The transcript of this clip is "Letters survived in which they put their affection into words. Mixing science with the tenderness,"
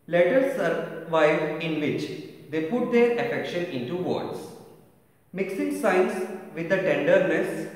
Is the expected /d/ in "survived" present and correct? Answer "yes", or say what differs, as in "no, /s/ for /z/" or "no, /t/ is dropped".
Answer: no, /d/ is dropped